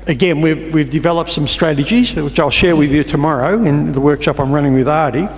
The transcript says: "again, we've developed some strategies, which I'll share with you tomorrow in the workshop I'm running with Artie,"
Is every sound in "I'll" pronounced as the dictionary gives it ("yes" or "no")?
yes